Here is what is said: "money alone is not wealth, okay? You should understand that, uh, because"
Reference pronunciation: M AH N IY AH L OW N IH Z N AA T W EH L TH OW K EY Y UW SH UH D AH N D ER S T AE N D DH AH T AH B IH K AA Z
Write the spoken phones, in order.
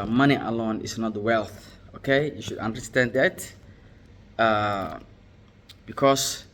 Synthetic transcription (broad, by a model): M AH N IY AH L OW N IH S N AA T W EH L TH OW K EY Y UW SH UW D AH N D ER S T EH N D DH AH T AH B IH K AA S